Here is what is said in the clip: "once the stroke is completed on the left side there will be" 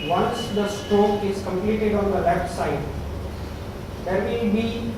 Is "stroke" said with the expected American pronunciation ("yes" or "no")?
no